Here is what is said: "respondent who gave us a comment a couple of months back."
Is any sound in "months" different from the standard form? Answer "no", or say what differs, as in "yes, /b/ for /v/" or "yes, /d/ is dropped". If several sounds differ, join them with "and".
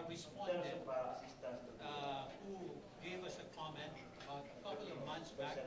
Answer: yes, /t/ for /θ/